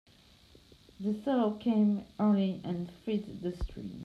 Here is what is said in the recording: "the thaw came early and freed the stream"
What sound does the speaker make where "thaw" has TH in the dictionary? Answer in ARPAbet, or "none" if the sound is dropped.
S